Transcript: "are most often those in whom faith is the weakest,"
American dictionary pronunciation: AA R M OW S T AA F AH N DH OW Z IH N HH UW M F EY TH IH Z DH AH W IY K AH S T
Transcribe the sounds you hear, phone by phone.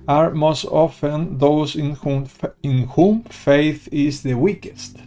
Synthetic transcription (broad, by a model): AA R M OW S T AA F AH N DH OW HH IH N HH UW M F EY TH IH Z DH AH W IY K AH S T